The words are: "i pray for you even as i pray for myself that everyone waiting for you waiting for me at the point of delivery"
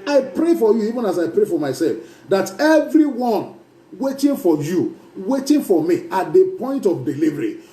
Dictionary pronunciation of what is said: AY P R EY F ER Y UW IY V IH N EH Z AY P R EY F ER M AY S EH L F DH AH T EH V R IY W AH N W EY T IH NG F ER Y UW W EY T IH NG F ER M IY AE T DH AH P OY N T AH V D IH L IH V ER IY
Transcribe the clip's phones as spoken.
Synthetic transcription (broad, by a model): AY P R EY F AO Y UW IY V IH N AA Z AY P R EY F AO M AY S EH L F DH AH T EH V R IY W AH N W EY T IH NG F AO Y UW W EY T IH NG F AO M IY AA T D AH P OY N T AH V D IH L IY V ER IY